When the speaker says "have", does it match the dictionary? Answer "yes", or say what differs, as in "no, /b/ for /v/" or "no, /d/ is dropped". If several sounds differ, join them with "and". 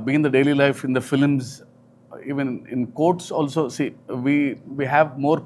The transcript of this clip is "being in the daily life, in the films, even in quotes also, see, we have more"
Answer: yes